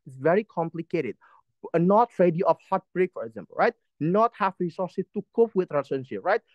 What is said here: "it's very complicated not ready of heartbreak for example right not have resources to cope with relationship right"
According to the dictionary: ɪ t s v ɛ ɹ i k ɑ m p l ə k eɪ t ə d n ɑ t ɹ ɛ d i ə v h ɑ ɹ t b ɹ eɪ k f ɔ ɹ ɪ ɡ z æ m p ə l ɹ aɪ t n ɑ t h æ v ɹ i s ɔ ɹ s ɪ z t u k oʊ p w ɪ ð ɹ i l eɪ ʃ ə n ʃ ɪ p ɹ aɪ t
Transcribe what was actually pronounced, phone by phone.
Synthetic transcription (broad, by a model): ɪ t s v ɛ ɹ i k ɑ m p l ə k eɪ t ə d n ɑ t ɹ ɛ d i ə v h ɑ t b ɹ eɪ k f ɔ ɹ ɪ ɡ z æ m p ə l ɹ aɪ t n ɑ t h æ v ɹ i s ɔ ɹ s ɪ t u k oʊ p w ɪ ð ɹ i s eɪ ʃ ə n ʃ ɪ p ɹ aɪ t